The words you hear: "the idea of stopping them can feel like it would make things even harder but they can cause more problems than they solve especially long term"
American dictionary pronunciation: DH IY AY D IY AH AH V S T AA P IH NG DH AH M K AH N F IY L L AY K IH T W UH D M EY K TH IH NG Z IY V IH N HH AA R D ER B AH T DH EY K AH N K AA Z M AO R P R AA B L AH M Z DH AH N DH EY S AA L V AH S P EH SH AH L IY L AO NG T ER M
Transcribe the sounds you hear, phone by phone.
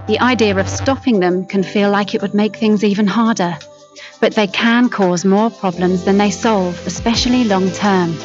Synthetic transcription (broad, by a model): DH IY AY D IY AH AH V S T AA P IH NG DH AH M K AH N F IY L L AY K IH T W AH D M EY K TH IH NG Z IY V IH N HH AA R D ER B AH T DH EY K AH N K AA Z M AO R P R AA B L AH M Z DH AH N DH EY S AA L V AH S P EH SH AH L IY L AO NG T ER M